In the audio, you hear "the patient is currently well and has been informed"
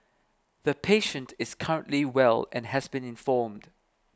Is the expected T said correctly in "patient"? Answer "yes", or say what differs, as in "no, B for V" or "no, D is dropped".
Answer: yes